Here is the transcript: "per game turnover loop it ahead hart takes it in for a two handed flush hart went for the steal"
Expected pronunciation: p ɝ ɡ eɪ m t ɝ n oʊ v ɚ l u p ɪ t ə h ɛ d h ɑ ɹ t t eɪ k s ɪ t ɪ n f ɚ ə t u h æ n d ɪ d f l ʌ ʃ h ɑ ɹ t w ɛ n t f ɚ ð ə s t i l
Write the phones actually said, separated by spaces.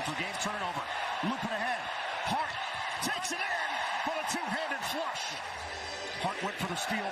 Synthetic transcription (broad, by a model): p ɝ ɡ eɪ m t ɝ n oʊ v ɚ l u p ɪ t ə h ɛ d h ɑ ɹ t t eɪ k s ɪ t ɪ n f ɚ ə t u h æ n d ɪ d f l ʌ ʃ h ɑ ɹ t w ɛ t f ɚ ð ə s t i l